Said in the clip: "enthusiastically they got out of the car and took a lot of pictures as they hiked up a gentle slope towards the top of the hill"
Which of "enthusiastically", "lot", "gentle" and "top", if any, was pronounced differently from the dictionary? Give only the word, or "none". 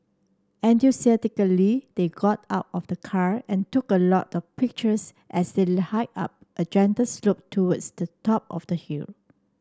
enthusiastically